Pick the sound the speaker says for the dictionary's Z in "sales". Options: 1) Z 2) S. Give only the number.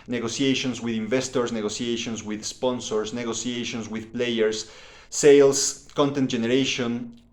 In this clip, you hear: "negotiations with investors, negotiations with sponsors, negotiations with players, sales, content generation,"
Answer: 2